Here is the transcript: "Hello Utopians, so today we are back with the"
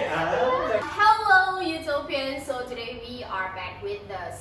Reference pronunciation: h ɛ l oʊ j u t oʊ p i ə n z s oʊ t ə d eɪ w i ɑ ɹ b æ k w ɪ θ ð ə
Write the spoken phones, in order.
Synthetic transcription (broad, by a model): h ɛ l oʊ j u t oʊ p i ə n s oʊ t ə d eɪ w i ɑ ɹ b æ k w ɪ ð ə